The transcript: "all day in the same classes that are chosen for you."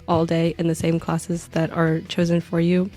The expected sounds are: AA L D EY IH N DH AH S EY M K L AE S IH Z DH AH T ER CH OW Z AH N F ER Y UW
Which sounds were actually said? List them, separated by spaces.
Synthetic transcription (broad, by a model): AA L D EY IH N DH AH S EY M K L AE S IH Z DH AH T ER CH OW Z AH N F ER Y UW